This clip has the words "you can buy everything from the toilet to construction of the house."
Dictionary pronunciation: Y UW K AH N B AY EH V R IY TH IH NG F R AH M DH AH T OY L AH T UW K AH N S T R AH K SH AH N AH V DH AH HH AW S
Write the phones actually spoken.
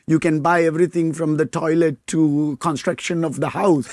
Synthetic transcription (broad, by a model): Y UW K AH N B AY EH V R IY T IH NG F R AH M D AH T OY L AH T UW K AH N S T R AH K SH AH N AH V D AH HH AW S